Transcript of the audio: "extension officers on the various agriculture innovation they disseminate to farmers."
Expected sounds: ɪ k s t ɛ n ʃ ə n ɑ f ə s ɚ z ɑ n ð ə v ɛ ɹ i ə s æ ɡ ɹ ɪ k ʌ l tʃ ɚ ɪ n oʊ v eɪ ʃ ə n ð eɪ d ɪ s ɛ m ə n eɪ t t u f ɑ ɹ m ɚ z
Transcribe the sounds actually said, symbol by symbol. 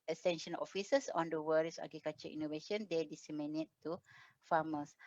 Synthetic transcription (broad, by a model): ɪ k s t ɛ n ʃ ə n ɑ f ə s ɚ s ɑ n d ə w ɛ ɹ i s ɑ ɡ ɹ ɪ k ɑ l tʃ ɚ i n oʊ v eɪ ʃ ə n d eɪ d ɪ s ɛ m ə n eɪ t t u f ɑ m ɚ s